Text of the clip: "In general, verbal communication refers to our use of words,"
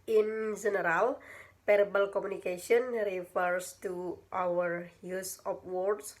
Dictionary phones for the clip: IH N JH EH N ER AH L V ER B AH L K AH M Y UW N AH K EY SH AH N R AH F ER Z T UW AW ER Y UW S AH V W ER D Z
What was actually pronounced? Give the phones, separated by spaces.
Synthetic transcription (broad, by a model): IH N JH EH N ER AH L P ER B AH L K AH M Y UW N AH K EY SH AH N R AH F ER S T UW AW ER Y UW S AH P W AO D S